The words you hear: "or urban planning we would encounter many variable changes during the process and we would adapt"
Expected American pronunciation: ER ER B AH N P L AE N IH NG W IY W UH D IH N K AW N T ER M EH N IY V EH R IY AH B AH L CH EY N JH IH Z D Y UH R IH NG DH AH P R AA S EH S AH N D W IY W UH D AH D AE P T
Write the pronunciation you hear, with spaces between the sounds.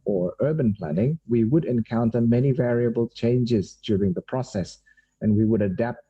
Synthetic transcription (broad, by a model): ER ER B AH N P L AE N IH NG W IY W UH D IH N K AW N T ER M EH N IY V EH R IY AH B AH L CH EY N JH IH Z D Y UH R IH NG DH AH P R AA S EH S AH N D W IY W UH D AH D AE P T